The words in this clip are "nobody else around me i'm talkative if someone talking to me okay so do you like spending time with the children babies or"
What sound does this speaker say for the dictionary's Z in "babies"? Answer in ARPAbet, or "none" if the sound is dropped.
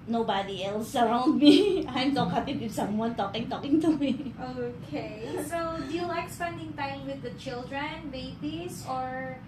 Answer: S